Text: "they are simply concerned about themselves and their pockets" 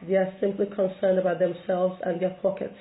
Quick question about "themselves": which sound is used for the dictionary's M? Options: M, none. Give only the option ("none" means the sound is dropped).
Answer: M